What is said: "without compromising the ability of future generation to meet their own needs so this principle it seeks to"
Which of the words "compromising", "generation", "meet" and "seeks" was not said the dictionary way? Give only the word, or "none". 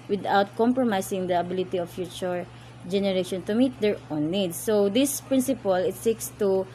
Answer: compromising